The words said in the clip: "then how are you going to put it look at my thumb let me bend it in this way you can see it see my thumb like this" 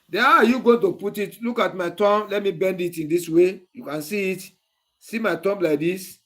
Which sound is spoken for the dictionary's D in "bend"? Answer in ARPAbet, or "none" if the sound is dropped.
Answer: D